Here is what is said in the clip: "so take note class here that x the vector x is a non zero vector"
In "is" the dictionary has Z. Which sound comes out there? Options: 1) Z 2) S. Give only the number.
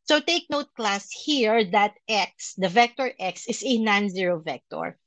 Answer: 2